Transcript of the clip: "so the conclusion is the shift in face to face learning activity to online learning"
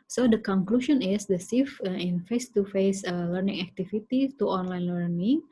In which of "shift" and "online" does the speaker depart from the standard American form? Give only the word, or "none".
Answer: shift